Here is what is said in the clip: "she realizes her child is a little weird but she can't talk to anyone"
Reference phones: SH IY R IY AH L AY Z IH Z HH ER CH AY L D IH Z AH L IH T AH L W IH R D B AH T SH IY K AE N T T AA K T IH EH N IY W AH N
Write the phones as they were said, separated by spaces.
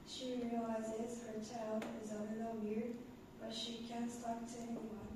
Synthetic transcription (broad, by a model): SH IY R IY AH L AY Z IH Z HH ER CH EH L IH Z AH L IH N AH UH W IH R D B AH T SH IY K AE N T T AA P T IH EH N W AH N